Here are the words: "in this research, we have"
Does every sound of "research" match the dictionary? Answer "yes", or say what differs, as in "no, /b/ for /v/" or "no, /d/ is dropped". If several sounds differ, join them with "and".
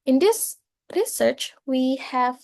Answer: yes